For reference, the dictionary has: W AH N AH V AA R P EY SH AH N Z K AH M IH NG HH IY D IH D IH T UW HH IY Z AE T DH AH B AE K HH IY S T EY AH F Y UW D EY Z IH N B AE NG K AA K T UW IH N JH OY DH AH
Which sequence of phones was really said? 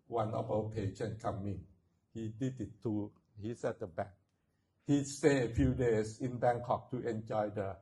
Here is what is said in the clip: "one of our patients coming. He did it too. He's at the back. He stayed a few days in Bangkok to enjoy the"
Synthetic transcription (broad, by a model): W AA N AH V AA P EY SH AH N K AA M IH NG HH IY D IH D IH T UW HH IY S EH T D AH B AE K HH IY S T EY AH F Y UW D EY S IH N B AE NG K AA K T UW IH N JH OY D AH